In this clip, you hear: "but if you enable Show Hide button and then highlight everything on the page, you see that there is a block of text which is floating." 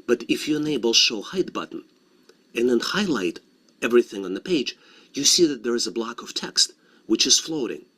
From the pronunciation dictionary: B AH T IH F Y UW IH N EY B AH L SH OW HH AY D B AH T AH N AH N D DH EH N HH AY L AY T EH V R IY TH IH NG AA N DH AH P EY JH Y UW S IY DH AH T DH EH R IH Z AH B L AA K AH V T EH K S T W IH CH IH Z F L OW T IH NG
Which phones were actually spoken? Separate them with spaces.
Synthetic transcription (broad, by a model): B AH T IH F Y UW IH N EY B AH L SH OW HH AY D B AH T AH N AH N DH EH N HH AY L AY T EH V R IY TH IH NG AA N DH AH P EY JH Y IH S IY DH AH T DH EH R IH Z AH B L AA K AH V T EH K S T W IH CH IH Z F L OW T IH NG